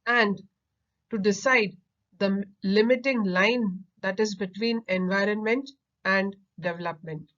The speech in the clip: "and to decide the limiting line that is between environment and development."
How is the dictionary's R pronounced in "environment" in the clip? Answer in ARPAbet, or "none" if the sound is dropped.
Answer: R